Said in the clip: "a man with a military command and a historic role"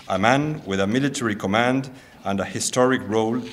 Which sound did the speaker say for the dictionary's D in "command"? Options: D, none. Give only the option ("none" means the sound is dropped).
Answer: D